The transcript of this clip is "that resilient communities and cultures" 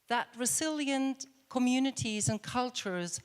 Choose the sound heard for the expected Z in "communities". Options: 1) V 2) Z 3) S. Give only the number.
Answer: 2